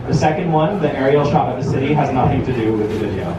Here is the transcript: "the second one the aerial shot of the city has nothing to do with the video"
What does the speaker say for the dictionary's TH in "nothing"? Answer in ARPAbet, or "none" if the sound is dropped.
TH